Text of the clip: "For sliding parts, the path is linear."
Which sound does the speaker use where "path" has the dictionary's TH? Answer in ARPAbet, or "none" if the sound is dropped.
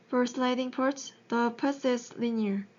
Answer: S